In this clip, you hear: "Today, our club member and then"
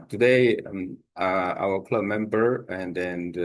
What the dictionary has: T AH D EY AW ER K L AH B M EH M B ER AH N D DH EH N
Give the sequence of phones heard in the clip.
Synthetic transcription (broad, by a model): T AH D EY AW ER K L AH B M EH M B ER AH N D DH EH N